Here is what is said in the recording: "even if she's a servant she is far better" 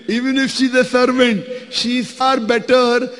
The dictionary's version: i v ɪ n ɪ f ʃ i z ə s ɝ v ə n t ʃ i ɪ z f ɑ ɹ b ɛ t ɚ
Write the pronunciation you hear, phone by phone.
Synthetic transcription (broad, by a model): i v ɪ n ɪ f ʃ i z ə s ɝ v ə n t ʃ i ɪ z f ɑ ɹ b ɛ t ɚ